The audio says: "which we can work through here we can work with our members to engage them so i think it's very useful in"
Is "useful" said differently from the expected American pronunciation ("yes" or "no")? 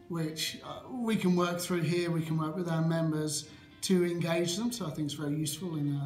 no